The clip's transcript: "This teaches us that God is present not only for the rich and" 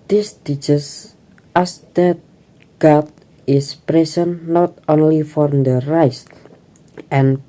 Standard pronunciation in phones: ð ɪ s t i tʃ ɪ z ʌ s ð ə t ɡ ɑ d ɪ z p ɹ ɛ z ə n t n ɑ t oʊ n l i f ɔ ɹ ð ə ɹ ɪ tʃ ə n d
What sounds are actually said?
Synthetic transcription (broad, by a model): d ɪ s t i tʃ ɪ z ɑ s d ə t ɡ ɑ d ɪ s p ɹ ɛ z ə n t n ɑ t oʊ n l i f ɔ ɹ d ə ɹ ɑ s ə n